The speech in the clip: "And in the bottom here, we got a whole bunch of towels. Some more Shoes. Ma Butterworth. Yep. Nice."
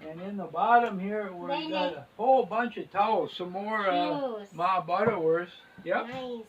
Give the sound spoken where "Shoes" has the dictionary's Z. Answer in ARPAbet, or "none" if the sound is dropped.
none